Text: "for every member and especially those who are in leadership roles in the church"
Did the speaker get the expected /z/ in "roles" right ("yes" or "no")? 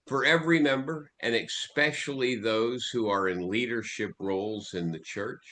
yes